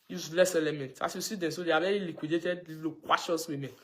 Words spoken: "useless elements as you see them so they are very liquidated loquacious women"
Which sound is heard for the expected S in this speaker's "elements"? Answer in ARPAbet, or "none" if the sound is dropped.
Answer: none